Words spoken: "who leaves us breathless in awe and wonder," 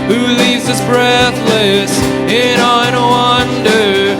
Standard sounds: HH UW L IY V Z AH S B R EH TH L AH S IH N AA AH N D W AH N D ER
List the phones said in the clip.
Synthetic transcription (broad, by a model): HH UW L IY V Z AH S B R EH TH L AH S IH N AA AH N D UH AH N D ER